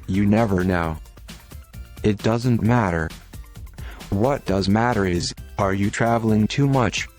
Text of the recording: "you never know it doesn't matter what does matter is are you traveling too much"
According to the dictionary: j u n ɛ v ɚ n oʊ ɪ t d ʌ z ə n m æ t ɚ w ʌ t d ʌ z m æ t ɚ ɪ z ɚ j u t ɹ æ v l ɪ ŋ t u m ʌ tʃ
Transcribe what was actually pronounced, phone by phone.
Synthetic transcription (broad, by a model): j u n ɛ v ɚ n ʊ ɪ t d ʌ z ə n m æ t ɚ w ʌ t d ʌ z m æ t ɚ ɪ z ɚ j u t ɹ æ v l ɪ ŋ t u m ʌ tʃ